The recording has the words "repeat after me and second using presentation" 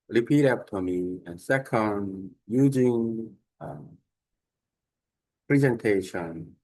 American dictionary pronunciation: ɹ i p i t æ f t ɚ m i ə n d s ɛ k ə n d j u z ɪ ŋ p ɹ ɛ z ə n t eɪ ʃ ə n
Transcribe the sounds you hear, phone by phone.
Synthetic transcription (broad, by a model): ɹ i p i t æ p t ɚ m i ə n s ɛ k ə n d j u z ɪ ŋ p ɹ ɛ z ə n t eɪ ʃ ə n